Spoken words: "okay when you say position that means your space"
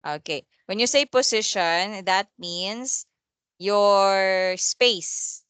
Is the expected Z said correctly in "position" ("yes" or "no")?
no